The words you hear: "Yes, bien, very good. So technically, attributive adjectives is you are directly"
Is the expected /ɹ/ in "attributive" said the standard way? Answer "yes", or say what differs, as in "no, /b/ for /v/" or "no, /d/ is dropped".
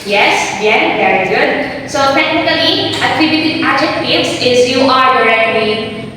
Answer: no, /ɹ/ is dropped